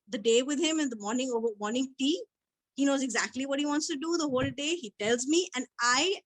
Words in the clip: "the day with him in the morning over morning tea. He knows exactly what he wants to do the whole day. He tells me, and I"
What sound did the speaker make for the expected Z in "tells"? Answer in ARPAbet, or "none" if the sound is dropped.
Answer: Z